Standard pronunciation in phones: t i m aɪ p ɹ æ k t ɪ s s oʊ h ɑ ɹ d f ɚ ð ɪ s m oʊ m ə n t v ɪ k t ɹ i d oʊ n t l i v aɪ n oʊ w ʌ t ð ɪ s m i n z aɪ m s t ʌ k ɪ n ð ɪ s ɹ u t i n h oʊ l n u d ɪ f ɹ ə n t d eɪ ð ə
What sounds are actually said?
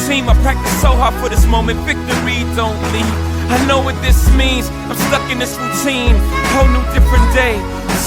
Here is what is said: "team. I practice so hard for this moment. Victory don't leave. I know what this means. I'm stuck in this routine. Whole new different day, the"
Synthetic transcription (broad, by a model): t i m aɪ p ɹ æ k t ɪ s s oʊ h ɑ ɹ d f ɚ ð ɪ s m oʊ m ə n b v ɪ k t ɹ i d oʊ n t l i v aɪ n oʊ w ʌ t ð ɪ s m i n z aɪ m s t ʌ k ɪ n ð ɪ s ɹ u t i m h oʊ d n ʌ d ɪ f ɹ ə n d eɪ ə